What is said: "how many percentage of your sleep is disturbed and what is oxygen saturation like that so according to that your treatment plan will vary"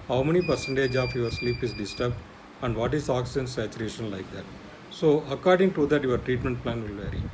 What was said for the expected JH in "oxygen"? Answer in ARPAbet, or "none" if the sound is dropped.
none